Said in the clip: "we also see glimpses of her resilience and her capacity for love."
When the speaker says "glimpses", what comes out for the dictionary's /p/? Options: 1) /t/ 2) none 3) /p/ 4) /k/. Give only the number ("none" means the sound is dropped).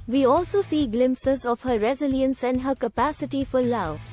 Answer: 3